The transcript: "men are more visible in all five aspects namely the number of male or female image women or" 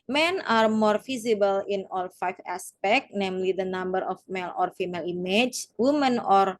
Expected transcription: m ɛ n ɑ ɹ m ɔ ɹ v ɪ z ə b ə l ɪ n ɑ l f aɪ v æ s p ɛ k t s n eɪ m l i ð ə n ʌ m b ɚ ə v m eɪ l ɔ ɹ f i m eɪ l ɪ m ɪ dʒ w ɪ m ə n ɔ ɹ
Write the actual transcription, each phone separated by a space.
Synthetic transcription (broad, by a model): m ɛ n ɑ ɹ m ɔ ɹ f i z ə b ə l ɪ n ɑ l f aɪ f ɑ s p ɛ k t n eɪ m l i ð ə n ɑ m b ɚ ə f m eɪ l ɔ ɹ f i m eɪ l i m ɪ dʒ w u m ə n ɔ ɹ